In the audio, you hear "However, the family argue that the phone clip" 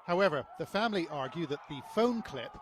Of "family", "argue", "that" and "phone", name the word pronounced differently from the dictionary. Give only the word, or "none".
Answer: none